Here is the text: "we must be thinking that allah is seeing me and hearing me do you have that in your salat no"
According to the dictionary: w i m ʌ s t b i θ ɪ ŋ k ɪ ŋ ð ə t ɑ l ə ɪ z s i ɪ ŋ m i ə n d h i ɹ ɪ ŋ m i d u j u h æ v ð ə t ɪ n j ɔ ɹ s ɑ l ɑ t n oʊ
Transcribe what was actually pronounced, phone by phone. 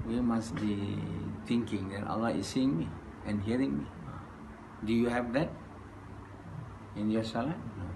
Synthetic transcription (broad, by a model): w i m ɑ s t b i t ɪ ŋ k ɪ ŋ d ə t ɑ l ə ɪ s i ɪ ŋ m i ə n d h i ɹ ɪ ŋ m i d u j u h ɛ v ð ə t ɪ n j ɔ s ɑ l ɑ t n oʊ